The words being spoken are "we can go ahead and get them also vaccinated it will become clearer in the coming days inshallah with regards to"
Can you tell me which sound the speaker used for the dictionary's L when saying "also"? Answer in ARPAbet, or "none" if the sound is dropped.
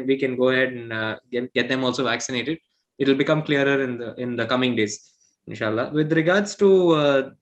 L